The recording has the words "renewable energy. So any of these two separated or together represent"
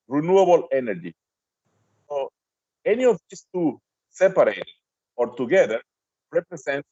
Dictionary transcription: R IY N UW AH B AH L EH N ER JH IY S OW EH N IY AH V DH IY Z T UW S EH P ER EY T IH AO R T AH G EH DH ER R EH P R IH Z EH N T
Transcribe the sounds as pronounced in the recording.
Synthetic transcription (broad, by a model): R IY N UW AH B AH L EH N ER JH IY S OW EH N IY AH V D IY S T UW S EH P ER EY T AO R T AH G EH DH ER R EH P R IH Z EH N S